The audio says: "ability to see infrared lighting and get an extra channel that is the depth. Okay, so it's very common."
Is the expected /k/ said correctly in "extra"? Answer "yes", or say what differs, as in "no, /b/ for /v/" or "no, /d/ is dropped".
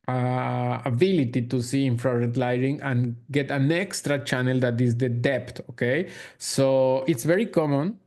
yes